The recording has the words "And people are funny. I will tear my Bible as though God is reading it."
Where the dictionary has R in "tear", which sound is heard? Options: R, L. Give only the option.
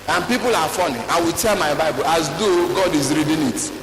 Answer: L